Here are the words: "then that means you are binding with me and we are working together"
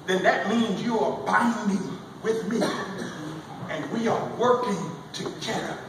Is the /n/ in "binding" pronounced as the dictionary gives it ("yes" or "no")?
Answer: yes